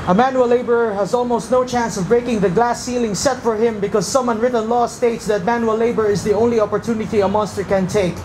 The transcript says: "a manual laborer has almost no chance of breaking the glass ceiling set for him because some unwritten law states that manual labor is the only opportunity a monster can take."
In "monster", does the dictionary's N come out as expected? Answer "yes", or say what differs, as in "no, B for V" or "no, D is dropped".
yes